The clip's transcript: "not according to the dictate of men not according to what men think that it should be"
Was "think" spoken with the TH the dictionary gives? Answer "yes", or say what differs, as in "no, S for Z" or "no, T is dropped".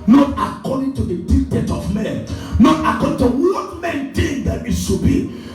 no, T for TH